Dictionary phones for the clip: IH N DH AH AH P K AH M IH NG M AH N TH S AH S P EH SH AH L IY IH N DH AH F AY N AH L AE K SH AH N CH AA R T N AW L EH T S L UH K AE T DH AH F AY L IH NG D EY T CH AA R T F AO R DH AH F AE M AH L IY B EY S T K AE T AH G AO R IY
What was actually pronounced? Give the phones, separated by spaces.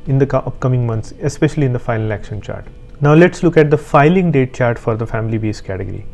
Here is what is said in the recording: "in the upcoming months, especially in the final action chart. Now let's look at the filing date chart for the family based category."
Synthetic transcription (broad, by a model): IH N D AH AH P K AH M IH NG M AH N T S AH S P EH SH AH L IY IH N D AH F AY L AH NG AE K SH AH N CH AA R T N AW L EH T S L UH K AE T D AH F AY L IH NG D EY T CH AA R T F AO R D AH F AE M AH L IY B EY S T K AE T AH G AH R IY